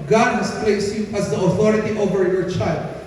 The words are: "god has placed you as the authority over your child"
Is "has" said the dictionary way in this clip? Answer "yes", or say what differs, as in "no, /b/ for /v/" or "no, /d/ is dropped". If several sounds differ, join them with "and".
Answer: no, /s/ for /z/